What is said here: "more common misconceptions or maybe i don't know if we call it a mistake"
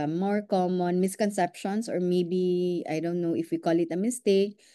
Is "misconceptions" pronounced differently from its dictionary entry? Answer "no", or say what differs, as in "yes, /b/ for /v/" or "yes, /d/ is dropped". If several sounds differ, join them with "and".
yes, /s/ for /z/